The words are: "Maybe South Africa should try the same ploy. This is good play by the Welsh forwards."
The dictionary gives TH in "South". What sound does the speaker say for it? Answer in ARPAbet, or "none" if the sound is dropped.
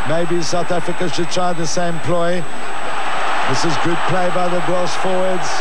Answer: TH